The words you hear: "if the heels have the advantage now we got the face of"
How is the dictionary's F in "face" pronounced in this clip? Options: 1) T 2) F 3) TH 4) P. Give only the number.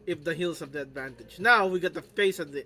2